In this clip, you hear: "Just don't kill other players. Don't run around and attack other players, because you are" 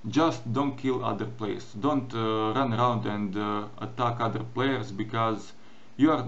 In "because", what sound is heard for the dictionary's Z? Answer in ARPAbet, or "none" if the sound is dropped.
Z